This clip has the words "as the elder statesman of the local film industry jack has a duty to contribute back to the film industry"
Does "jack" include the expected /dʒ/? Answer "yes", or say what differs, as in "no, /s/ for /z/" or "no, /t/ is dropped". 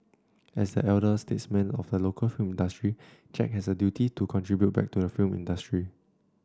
no, /tʃ/ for /dʒ/